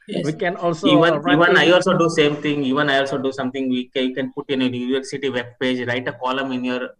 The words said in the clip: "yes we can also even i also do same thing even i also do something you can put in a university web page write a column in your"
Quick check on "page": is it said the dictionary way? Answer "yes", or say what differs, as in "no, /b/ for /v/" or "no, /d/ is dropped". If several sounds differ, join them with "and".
yes